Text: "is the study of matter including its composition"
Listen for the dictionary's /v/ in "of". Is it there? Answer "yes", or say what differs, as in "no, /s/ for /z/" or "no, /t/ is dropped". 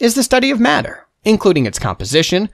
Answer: yes